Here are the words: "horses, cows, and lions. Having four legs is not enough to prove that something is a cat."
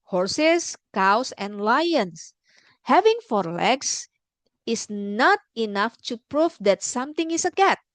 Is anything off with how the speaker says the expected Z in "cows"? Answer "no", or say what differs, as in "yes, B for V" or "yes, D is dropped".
yes, S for Z